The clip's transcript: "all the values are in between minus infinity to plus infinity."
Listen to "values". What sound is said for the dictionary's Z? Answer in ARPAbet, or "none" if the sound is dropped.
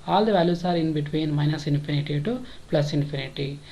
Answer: S